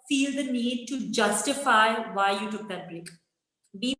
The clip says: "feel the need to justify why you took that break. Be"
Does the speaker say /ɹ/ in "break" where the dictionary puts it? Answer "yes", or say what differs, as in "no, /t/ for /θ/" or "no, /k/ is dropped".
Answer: no, /l/ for /ɹ/